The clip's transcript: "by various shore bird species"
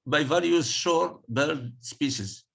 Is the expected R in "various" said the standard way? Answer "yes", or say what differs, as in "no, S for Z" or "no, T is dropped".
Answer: no, L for R